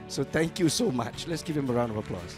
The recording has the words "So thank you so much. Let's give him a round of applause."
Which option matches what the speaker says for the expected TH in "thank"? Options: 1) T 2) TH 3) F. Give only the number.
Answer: 1